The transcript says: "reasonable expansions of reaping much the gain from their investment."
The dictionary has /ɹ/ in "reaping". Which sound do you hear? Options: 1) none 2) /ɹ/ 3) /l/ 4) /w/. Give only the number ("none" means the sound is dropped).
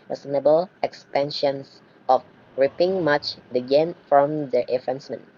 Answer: 2